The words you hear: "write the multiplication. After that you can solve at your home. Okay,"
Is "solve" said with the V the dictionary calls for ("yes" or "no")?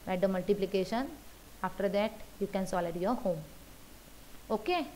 no